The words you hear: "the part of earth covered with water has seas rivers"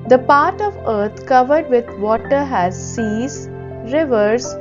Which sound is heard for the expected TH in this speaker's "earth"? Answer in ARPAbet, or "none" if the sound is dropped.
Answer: T